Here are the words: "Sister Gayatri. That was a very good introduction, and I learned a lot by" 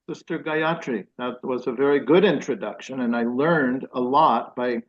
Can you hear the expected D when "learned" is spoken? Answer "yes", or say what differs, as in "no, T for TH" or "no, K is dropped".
yes